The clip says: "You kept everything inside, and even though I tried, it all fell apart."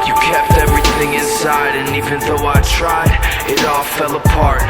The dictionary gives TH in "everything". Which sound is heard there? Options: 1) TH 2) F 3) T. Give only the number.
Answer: 1